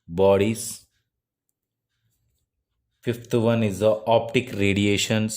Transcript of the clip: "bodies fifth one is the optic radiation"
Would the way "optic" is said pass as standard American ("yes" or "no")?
yes